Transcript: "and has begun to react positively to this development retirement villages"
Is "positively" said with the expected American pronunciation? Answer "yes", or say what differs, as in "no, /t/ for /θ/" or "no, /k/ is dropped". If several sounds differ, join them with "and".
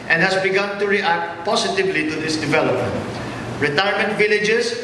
no, /s/ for /z/